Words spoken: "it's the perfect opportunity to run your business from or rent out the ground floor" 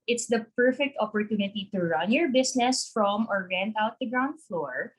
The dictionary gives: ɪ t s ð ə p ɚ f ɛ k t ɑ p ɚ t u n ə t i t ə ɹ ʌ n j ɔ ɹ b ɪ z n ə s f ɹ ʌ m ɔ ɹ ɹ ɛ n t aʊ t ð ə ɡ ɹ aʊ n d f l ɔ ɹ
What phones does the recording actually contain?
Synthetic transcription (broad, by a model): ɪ t s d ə p ɚ f ɛ k t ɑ p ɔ t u n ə t i t ə ɹ ʌ n j ɔ ɹ b ɪ s n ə s f ɹ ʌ m ɔ ɹ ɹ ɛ n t aʊ t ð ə ɡ ɹ aʊ n d f l ɔ ɹ